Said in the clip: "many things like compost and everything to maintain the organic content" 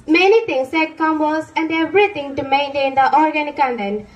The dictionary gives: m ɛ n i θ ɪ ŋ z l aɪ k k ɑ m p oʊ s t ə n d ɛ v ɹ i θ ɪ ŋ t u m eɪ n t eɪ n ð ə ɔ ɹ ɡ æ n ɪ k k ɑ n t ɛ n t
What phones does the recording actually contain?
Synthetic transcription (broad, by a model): m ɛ n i t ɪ ŋ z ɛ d k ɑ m b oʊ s ə n d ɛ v ɹ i t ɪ ŋ t u m eɪ n t eɪ n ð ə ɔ ɹ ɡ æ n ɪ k k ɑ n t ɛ n